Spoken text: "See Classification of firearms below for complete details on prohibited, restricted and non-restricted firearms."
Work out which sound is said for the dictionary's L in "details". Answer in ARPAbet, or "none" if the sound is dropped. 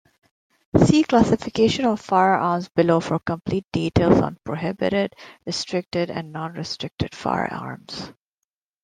L